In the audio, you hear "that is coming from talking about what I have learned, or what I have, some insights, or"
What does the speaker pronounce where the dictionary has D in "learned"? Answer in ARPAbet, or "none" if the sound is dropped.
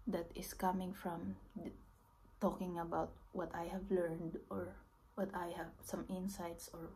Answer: D